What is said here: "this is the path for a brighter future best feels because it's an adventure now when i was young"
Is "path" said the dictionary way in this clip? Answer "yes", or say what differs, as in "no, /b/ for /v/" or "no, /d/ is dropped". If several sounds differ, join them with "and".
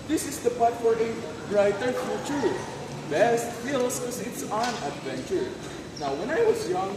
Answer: no, /t/ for /θ/